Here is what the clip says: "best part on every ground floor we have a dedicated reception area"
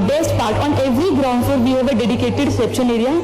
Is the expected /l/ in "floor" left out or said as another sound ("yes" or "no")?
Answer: yes